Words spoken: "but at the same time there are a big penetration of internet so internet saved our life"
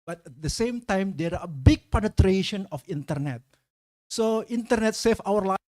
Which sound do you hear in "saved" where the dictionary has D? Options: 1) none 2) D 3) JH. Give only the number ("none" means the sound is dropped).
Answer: 1